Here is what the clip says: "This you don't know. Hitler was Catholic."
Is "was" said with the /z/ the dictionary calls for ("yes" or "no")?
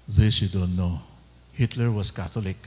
no